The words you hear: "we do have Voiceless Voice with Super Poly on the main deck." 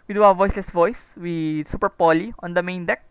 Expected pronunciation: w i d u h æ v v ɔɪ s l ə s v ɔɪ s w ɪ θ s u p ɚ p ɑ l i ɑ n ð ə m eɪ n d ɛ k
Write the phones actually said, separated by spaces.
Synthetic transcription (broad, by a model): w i d u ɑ w v ɔɪ s l ə s v ɔɪ s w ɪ s u p ɚ p ɑ l i ɑ n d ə m eɪ n d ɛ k